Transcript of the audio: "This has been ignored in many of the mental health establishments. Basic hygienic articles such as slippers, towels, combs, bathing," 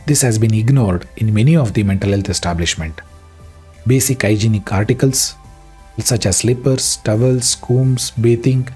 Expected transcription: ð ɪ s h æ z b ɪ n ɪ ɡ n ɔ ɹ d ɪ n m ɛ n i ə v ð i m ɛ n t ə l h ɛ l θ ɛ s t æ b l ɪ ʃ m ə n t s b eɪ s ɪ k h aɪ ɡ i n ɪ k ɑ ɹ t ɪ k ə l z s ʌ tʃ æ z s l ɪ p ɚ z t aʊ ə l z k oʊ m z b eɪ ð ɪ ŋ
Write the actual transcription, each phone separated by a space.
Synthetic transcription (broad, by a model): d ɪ s h æ z b ɪ n ɪ ɡ n ɔ ɹ d ɪ n m ɛ n i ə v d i m ɛ n t ə l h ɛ l t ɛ s t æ b l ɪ ʃ m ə n t b eɪ s ɪ k aɪ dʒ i n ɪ k ɑ ɹ t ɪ k ə l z s ʌ tʃ æ z s l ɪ p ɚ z t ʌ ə l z k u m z b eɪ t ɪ ŋ